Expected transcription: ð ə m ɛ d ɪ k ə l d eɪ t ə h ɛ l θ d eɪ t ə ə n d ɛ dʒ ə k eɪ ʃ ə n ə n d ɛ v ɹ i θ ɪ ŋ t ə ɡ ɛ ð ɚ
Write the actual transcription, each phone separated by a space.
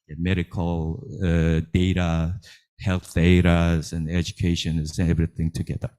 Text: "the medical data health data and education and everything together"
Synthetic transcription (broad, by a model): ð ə m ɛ d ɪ k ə l d eɪ t ə h ɛ l θ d eɪ t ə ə n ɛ dʒ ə k eɪ ə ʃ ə n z ɛ v ɹ i θ ɪ ŋ t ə ɡ ɛ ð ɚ